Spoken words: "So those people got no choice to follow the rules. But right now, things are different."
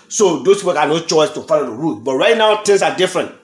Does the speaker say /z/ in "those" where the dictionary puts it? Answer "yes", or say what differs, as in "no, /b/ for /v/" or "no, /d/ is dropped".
no, /s/ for /z/